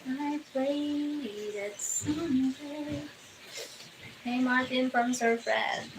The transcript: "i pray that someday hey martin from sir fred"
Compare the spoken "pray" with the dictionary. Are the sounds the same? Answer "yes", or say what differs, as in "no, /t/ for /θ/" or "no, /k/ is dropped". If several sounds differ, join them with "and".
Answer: no, /l/ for /ɹ/